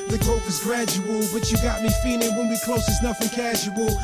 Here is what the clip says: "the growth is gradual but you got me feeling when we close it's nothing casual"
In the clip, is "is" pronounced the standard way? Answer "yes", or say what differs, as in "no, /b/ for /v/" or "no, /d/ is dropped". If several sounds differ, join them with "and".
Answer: yes